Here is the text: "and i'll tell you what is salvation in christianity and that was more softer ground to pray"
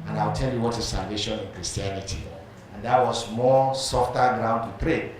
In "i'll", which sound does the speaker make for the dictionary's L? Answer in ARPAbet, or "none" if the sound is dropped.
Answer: W